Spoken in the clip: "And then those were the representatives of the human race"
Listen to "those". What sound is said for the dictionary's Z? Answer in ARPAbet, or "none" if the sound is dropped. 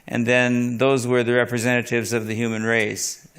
Z